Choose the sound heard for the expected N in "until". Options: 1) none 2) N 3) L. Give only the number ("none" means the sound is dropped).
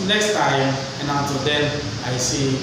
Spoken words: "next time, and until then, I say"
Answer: 1